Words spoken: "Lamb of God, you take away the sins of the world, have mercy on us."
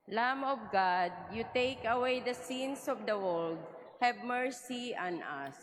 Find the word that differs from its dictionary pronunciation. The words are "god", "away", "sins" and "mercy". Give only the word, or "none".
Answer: sins